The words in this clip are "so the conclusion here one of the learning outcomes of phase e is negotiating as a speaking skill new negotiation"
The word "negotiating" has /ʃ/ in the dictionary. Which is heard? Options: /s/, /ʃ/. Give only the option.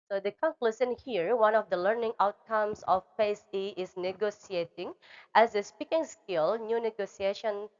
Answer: /s/